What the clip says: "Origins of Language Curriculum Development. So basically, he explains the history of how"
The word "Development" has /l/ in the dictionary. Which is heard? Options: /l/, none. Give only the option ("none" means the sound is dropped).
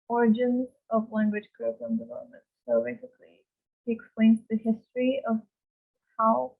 none